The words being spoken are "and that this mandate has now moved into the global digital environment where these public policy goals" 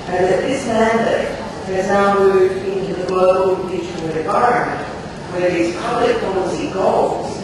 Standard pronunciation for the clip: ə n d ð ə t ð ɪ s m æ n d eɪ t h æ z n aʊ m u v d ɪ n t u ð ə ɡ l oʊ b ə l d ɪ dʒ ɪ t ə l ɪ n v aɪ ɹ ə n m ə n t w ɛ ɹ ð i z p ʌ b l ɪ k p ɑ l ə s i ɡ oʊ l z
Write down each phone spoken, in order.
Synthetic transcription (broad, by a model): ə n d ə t ð ɪ s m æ n d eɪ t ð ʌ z n aʊ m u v ɪ n t u ð ə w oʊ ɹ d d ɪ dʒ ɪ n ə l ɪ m v aɪ ɹ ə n m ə n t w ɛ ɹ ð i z p ʌ b l ɪ k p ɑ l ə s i ɡ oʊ l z